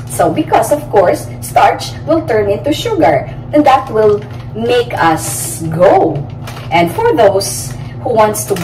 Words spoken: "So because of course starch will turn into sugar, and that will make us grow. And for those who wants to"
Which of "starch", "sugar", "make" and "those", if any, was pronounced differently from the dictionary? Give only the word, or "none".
those